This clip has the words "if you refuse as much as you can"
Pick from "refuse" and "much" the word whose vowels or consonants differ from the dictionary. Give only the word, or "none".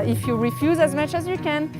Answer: none